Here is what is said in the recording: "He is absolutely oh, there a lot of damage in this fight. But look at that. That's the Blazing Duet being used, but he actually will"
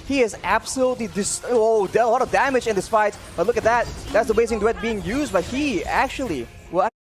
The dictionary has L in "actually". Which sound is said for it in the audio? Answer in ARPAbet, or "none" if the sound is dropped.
none